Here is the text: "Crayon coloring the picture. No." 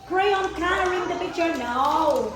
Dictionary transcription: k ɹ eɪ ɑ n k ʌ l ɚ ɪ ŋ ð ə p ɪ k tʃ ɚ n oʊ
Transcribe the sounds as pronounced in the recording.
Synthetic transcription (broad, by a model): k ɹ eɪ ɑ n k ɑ n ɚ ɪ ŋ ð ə p ɪ k tʃ ɚ n oʊ